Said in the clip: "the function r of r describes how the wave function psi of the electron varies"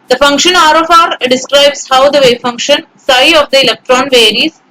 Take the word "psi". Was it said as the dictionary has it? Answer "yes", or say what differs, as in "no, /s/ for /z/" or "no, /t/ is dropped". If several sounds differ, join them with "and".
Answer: yes